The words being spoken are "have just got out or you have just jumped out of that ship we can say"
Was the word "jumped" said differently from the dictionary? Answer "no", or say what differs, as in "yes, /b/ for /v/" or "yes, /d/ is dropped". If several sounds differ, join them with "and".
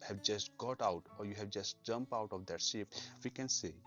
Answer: yes, /t/ is dropped